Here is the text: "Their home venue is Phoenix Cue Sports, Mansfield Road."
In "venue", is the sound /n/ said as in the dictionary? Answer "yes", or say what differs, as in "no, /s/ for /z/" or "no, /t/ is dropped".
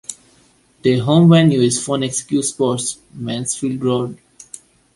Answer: yes